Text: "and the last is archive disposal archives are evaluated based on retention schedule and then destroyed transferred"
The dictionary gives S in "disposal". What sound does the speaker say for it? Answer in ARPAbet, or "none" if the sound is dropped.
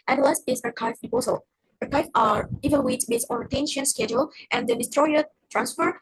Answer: none